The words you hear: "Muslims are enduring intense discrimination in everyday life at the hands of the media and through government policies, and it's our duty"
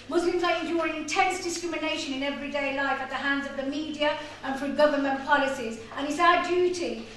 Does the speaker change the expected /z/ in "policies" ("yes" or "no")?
no